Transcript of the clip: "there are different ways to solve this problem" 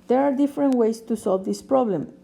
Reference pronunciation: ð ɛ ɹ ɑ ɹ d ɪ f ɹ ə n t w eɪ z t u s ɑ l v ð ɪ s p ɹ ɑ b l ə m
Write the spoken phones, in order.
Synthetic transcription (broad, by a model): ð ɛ ɹ ɑ ɹ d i f ɹ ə n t w eɪ s t u s ɑ l v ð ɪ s p ɹ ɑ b l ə m